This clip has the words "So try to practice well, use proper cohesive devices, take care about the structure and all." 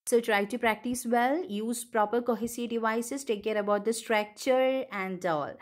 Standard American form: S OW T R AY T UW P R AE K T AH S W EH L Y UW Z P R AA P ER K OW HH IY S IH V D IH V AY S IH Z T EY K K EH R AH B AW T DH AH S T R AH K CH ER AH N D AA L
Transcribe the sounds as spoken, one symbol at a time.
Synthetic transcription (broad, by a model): S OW T R AY T UW P R AE K T AH S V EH L Y UW Z P R AA P ER K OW HH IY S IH D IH V AY S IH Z T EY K K EH R AH B AW T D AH S T R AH K CH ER AH N D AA L